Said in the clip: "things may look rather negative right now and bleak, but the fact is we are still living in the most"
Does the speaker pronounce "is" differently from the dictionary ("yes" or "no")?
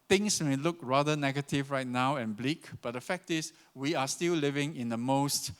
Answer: yes